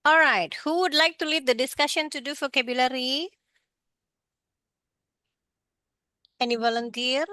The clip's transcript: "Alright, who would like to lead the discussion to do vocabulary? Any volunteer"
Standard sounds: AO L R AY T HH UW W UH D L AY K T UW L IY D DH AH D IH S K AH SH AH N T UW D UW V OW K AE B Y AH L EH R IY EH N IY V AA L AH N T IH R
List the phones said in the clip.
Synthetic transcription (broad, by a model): AO L R AY T HH UW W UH D L AY K T UW L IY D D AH D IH S K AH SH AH N T UW D UW F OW K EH B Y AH L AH R IY EH N IY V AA L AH N T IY R